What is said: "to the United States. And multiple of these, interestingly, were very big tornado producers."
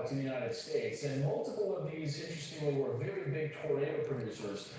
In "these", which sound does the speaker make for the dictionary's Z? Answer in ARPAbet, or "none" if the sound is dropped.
Z